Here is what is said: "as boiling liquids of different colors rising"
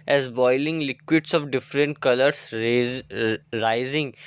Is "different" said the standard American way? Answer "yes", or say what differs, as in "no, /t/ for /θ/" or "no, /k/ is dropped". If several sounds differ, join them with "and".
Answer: yes